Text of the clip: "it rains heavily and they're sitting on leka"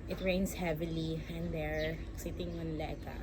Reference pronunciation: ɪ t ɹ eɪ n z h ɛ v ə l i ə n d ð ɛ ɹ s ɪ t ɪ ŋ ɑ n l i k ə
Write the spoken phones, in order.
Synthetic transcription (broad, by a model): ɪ t ɹ eɪ n s h ɛ v ə l i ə n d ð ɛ ɹ s ɪ t ɪ ŋ ɑ n l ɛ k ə